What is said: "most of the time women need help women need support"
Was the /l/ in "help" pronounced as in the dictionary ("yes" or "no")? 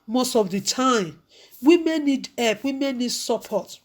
no